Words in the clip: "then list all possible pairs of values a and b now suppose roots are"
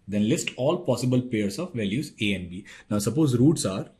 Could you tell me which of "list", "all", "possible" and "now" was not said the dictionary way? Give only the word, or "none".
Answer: none